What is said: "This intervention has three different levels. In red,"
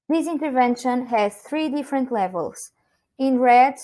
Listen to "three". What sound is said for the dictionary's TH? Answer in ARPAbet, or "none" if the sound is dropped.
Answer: TH